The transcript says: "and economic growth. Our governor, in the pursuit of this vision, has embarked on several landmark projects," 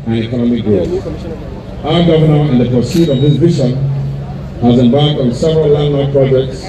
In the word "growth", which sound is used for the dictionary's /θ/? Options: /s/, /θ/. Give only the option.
/s/